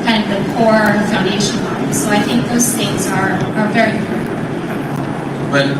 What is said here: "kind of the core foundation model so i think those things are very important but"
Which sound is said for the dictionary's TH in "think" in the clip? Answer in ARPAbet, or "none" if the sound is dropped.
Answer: TH